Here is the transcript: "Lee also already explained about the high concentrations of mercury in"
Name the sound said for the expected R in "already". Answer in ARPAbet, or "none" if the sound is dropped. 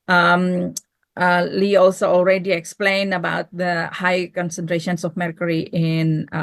R